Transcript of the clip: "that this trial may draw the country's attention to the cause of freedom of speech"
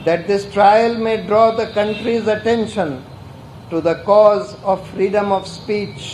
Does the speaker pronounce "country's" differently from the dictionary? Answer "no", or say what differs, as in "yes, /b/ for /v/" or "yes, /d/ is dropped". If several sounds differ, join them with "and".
no